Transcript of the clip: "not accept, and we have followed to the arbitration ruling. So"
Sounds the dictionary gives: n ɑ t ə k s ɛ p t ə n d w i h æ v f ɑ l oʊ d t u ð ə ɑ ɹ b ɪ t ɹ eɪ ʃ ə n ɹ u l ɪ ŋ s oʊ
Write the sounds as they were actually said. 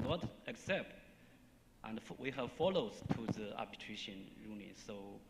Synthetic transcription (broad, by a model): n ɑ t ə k s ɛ p t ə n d w i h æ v f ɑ l oʊ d t u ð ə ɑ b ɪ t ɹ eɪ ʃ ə n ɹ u n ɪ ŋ s oʊ